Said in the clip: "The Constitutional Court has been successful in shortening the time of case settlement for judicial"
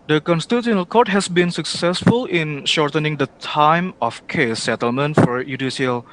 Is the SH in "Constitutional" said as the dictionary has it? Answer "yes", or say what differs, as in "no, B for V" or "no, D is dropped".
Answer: no, SH is dropped